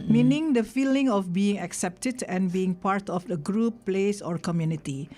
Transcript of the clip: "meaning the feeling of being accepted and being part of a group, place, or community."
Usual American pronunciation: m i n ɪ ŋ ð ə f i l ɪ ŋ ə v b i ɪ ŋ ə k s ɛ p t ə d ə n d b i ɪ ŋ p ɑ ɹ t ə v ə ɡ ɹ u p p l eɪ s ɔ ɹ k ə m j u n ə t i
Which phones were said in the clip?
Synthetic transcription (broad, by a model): m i n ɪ ŋ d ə f i l ɪ ŋ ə f b i ɪ ŋ ə k s ɛ p t ə d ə n b i ɪ ŋ p ɑ ɹ t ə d ə ɡ ɹ u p p l eɪ s ɔ ɹ k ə m j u n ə t i